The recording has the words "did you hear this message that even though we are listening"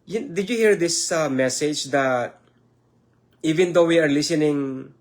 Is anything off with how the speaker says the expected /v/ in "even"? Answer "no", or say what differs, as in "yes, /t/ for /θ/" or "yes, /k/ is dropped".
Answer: no